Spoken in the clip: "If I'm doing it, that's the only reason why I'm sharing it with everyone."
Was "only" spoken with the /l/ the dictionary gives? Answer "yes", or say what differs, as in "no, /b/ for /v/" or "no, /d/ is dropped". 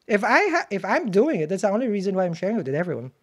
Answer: yes